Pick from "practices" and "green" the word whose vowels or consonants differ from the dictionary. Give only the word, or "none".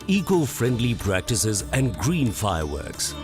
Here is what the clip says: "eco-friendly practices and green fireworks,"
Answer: none